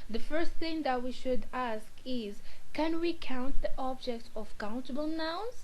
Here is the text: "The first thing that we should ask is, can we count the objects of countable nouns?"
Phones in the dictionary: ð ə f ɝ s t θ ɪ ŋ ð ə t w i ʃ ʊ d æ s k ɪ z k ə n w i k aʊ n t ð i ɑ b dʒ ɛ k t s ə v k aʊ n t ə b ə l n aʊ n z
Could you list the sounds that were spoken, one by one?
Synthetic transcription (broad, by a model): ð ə f ɝ s t θ ɪ ŋ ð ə t w i ʃ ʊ d æ s k ɪ z k ə n w i k aʊ n t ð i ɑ b dʒ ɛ k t ə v k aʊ n t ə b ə l n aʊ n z